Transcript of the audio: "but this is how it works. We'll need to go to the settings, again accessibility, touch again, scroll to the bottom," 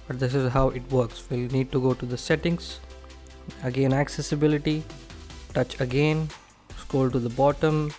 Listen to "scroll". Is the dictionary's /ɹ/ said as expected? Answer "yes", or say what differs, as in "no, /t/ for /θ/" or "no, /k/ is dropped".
no, /ɹ/ is dropped